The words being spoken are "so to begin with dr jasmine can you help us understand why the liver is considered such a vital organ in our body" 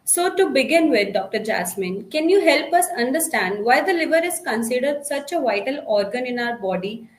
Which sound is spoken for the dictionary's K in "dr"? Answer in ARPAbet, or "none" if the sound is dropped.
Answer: K